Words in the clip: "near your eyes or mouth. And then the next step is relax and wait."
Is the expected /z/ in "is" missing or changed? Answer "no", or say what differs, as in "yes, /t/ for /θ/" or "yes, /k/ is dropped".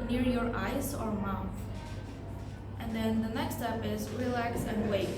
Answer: no